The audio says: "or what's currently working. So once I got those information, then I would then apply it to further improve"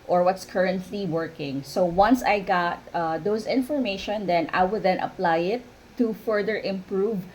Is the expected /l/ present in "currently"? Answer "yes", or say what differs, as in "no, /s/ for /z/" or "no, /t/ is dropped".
yes